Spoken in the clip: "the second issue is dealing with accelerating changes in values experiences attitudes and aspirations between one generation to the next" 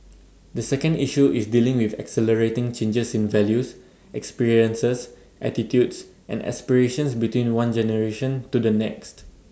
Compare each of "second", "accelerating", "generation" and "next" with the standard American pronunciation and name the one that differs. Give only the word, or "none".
none